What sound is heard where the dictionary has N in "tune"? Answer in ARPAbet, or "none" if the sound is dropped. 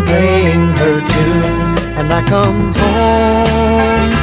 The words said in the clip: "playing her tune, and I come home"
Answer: none